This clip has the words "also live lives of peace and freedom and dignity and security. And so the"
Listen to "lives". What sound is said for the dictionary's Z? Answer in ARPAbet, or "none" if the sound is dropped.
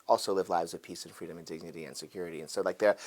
Z